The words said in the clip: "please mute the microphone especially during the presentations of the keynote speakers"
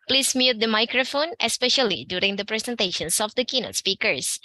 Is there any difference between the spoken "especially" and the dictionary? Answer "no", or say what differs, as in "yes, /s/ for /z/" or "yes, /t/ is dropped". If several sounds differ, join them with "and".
no